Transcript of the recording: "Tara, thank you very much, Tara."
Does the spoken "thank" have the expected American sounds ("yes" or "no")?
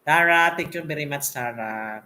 no